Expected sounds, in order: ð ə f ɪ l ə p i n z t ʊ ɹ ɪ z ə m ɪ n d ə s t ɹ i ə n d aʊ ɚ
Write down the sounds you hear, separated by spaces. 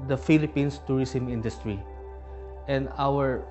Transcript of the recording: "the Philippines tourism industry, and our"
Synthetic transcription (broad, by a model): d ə f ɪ l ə p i n s t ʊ ɹ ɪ s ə m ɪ n d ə s t ɹ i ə n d aʊ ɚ